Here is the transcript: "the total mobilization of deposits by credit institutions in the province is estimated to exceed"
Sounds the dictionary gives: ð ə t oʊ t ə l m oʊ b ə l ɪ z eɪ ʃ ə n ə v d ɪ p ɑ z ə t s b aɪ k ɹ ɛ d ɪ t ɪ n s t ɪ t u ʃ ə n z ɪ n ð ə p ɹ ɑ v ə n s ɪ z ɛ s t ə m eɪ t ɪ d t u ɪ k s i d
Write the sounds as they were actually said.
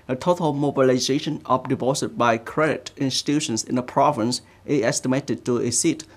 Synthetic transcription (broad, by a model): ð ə t oʊ t ə l m oʊ b ə l ɪ z eɪ ʃ ə n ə p d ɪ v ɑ s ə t b aɪ k ɹ ɛ d ɪ t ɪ n s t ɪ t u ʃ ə n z ɪ n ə p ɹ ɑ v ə n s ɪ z ɛ s t ə m eɪ t ɪ d t u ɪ s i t